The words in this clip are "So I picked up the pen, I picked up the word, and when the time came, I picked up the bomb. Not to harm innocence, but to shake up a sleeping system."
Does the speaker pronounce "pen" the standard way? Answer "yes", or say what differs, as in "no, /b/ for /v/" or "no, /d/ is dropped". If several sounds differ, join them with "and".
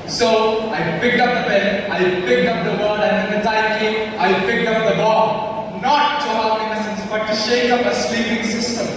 no, /b/ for /p/